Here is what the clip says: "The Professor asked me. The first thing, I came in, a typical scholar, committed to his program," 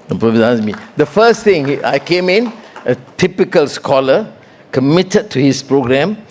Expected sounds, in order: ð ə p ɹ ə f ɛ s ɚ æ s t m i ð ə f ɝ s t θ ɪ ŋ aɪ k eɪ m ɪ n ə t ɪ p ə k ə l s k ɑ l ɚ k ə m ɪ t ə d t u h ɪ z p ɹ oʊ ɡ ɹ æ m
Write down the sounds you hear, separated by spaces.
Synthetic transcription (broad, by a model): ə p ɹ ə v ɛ ɑ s m i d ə f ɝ s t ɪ ŋ aɪ k eɪ m ɪ n ə t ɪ p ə k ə l s k ɑ l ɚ k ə m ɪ t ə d t u h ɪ s p ɹ oʊ ɡ ɹ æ m